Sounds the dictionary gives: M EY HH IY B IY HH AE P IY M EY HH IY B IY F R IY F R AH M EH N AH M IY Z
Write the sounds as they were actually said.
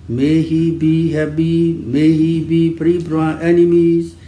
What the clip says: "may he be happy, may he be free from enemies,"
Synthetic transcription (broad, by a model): M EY HH IY B IY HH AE B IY M EY HH IY B IY P R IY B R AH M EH N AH M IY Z